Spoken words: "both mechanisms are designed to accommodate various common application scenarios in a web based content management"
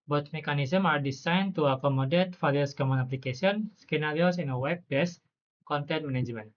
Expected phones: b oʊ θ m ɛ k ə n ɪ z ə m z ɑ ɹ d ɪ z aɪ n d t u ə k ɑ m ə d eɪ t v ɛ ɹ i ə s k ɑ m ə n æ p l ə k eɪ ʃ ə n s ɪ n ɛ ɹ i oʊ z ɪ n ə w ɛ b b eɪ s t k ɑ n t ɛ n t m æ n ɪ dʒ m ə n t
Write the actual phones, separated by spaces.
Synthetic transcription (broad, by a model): b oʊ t m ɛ k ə n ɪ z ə m ɑ ɹ d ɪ s aɪ n t u ə k ɑ m ə d eɪ t f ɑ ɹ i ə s k ɑ m ə n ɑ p l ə k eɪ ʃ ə n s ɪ n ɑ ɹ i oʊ s ɪ n ə w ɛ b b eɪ s k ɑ n t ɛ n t m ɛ n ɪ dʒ m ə n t